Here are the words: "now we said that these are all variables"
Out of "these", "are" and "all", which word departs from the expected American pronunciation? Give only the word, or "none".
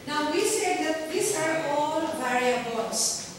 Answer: these